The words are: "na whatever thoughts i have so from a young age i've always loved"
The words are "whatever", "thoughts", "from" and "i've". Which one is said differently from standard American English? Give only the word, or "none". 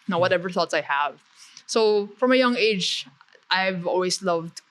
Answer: none